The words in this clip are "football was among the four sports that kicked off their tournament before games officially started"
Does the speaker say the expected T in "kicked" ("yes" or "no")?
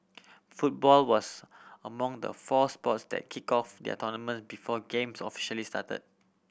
no